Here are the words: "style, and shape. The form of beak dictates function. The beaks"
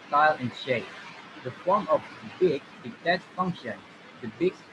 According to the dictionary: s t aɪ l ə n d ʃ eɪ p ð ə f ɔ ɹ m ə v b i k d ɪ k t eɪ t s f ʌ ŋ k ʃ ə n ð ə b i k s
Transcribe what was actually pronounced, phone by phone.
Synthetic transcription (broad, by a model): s t aɪ l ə n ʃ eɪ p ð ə f ɔ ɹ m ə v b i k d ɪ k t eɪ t f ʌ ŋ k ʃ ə n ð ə b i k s